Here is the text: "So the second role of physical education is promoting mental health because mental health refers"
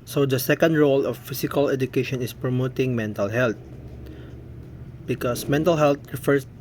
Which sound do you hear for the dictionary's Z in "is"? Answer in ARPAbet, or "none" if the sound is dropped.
S